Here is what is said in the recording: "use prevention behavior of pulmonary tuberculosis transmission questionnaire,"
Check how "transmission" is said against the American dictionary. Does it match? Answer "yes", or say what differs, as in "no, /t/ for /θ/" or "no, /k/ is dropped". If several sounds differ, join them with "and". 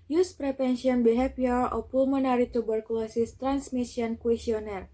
no, /s/ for /ʃ/